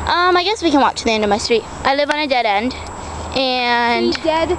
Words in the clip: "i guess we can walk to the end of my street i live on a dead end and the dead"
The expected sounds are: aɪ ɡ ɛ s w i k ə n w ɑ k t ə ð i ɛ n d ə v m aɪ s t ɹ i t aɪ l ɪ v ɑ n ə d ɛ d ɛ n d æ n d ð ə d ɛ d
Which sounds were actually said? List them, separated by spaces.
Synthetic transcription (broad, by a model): aɪ ɡ ɛ s w i k ə n w ɑ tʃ ð i ɛ n d ə v m aɪ s t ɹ i t aɪ l ɪ v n ə d ɛ d ɛ n d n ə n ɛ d